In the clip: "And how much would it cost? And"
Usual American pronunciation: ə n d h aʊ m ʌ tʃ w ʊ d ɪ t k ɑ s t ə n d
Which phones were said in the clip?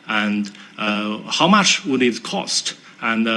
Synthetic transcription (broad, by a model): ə n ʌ h aʊ m ʌ tʃ w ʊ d ɪ t k ɑ s t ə n